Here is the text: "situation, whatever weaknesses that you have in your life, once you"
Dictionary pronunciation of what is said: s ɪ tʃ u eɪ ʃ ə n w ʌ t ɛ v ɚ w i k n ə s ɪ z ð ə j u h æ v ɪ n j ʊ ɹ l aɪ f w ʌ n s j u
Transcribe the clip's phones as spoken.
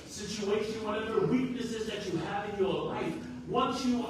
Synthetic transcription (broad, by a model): s ɪ tʃ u eɪ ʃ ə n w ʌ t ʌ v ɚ w i k n ə s ɪ z ð ə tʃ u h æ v ɪ n j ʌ ɹ l aɪ f w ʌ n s j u